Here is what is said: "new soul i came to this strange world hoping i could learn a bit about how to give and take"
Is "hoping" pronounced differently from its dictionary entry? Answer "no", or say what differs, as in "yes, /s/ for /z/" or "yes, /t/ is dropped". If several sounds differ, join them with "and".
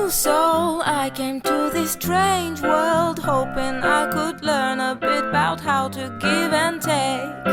no